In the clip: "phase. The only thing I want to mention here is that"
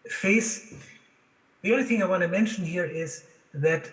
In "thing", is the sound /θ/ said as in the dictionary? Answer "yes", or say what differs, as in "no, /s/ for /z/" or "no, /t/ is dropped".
yes